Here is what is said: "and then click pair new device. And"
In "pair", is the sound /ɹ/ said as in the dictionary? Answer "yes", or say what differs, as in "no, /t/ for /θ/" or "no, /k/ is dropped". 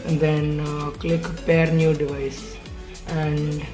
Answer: yes